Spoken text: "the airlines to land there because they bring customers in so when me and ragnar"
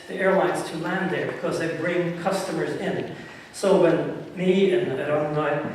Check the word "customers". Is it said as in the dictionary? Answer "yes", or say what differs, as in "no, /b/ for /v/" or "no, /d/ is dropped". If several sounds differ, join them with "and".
yes